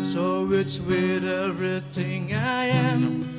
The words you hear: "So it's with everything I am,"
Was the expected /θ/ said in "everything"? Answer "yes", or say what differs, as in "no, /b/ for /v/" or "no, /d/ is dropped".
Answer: yes